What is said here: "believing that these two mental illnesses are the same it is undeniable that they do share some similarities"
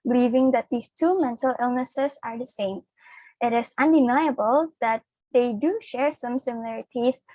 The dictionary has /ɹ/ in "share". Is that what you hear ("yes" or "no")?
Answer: yes